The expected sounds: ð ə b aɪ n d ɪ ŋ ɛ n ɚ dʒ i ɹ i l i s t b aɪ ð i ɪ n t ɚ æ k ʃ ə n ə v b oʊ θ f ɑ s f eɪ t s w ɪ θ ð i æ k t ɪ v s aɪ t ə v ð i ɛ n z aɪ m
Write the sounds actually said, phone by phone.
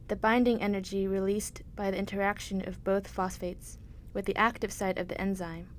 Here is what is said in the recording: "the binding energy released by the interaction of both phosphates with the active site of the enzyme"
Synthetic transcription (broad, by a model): ð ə b aɪ n d ɪ ŋ ɛ n ɚ dʒ i ɹ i l i s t b aɪ ð i ɪ n t ɚ æ k ʃ ə n ə v b oʊ θ f ɑ s f eɪ t s w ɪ ð i æ k t ɪ v s aɪ t ə v ð i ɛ n z aɪ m